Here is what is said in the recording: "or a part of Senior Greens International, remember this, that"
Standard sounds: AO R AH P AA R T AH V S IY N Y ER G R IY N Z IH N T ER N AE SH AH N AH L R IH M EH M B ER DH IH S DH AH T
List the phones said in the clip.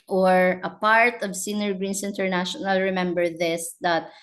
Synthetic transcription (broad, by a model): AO R AH P AA R T AH V S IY N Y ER G R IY N S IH N T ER N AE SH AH N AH L R IH M EH M B ER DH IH S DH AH T